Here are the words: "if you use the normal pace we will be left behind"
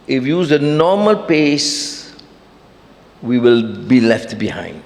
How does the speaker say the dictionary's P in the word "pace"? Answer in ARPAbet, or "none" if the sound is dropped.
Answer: P